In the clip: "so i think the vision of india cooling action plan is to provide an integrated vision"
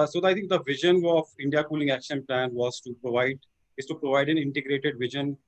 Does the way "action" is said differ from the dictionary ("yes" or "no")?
no